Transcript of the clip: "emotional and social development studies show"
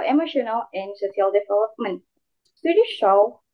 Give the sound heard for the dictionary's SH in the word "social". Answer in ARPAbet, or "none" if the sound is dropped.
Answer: S